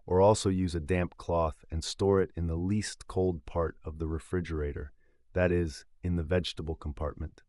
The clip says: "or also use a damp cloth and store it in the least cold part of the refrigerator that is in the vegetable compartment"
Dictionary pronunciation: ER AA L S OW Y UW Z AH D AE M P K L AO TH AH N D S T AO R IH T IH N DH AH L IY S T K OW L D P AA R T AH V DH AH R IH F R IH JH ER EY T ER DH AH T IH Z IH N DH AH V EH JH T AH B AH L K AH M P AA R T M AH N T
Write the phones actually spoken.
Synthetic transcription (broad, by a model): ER AA L S OW Y UW Z AH D AE M P K L AO TH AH N S T AO R IH T IH N DH AH L IY S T K OW L D P AA R T AH V DH AH R IH F R IH JH ER EY T ER DH AH T IH Z IH N DH AH V EH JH T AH B L K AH M P AA R T M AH N T